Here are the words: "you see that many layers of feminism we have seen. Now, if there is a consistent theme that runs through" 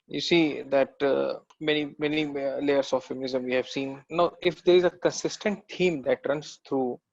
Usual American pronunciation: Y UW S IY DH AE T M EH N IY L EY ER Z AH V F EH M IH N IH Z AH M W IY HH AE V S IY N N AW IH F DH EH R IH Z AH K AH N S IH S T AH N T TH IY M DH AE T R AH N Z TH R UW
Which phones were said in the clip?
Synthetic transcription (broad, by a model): Y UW S IY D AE T M EH N IY L EY ER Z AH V F EH M IH N IH Z AH M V IY HH AE V S IY N N AW IH F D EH R IH Z AH K AH N S IH S T AH N T T IY M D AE T R AH N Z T R UW